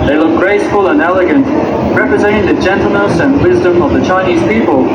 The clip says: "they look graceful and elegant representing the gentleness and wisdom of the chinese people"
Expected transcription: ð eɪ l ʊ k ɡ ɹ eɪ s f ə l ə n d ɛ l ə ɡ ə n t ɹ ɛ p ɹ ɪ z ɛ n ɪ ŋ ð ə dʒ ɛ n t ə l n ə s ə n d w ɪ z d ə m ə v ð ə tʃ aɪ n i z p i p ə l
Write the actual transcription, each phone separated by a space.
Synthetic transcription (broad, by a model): ð eɪ l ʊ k ɡ ɹ eɪ s f ə l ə n ɛ l ə ɡ ə n t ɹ ɛ p ɹ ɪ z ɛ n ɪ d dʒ ɛ n t l n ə s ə n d w ɪ z d ə m ə v ð ə tʃ aɪ n i z p i p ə l